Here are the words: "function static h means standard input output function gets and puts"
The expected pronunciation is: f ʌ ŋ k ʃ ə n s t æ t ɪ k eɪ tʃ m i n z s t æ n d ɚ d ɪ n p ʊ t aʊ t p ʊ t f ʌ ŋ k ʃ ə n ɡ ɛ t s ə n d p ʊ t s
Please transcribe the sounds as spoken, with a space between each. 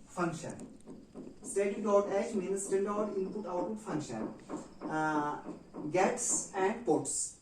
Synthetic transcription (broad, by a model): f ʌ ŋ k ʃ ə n s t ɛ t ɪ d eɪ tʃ m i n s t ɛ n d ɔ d ɪ n p ʊ t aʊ t ʊ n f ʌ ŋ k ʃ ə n ɡ ɛ t s ə n d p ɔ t s